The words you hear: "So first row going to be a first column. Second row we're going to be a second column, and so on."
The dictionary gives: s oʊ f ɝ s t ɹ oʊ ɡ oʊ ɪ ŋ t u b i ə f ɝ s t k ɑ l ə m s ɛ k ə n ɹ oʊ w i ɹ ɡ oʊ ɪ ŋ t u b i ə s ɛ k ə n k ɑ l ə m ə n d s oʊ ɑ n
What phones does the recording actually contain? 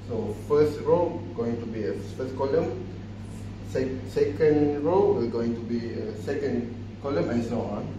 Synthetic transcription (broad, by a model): s oʊ f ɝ s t ɹ oʊ ɡ oʊ ɪ ŋ t u b i ə f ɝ s k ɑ l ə m s ɛ k ə n ɹ oʊ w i l ɡ oʊ ɪ ŋ t u b i ə s ɛ k ə n k ɑ l ə m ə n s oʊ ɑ